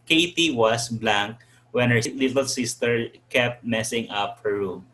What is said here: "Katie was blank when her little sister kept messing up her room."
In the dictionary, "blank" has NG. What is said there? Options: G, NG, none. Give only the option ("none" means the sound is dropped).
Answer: NG